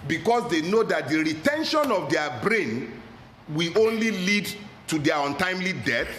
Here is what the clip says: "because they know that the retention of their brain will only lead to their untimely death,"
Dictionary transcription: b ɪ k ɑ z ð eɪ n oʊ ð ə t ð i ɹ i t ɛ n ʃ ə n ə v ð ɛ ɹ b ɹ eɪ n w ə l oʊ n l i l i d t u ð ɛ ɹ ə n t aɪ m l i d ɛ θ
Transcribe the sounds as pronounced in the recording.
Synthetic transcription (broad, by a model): b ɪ k ɑ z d eɪ n oʊ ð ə t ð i ɹ i t ɛ n ʃ ə n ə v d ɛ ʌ b ɹ eɪ n w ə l oʊ n l i l i d t u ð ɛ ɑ ə n t aɪ m l i d ɛ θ